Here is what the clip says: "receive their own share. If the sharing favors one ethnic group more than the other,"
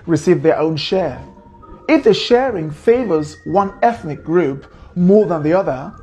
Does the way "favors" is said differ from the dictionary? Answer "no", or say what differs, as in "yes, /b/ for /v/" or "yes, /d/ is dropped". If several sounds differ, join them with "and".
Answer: no